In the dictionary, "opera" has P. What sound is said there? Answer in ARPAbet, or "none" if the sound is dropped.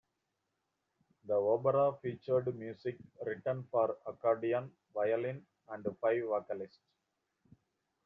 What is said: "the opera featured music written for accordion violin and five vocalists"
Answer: B